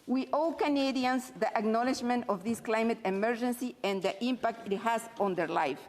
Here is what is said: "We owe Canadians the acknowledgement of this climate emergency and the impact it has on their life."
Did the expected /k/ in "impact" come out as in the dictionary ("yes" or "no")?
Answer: yes